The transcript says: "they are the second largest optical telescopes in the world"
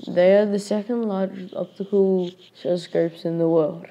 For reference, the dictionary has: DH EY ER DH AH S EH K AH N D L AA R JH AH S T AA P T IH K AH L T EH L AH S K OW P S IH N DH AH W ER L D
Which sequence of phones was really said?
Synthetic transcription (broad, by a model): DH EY ER DH AH S EH K AH N D L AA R AH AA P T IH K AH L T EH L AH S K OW P S IH N DH AH W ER L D